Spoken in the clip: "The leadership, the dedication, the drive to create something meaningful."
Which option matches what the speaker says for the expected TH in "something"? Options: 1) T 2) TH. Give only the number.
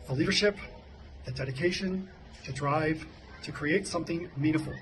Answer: 2